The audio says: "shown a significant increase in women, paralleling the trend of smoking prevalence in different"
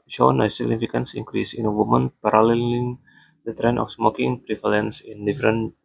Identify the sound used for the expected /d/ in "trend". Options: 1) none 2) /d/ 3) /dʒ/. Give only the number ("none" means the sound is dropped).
1